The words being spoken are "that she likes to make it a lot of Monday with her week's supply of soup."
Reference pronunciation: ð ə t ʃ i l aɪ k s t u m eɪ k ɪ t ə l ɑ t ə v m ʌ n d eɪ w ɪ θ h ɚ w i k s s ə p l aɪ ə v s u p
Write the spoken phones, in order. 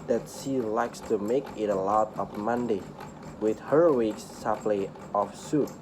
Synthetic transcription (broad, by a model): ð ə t ʃ i l aɪ k s t u m eɪ k ɪ t ə l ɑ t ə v m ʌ n d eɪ w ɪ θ h ɚ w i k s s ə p l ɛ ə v s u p